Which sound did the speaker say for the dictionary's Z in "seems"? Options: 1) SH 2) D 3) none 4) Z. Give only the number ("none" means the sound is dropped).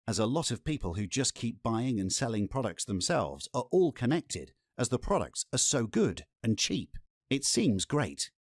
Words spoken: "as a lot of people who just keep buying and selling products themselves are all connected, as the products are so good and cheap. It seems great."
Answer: 4